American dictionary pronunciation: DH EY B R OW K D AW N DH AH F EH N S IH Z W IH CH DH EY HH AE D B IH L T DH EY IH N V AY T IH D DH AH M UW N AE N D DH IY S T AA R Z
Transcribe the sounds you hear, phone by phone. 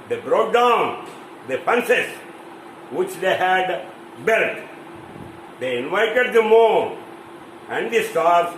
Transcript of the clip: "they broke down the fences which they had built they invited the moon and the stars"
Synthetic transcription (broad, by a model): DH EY B R OW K D AW N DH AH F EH N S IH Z W IH CH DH EY HH AE D B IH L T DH EY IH N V AY T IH D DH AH M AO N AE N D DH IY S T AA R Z